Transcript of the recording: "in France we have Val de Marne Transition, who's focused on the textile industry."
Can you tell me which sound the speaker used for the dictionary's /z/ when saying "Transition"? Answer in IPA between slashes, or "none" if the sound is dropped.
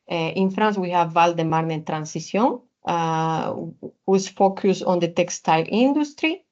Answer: /s/